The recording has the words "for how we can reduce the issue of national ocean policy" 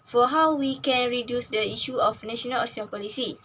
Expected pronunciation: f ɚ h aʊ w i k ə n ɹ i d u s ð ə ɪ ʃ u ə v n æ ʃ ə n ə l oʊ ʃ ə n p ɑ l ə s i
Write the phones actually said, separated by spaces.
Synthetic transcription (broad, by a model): f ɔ h aʊ w i k ə n ɹ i d u s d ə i ʃ u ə f n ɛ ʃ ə n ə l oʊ s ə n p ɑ l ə s i